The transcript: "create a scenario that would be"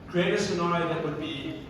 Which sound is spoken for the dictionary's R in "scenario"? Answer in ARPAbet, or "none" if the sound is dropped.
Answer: L